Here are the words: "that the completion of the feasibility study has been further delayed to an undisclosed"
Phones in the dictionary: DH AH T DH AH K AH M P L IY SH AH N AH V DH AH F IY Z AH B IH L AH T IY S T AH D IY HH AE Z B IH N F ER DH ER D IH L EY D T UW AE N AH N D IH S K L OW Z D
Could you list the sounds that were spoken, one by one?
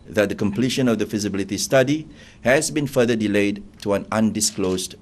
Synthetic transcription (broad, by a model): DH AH T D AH K AH M P L IY SH AH N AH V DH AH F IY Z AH B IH L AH T IY S T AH D IY HH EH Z B IH N F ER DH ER D IH L EY D T UW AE N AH N D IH S K L OW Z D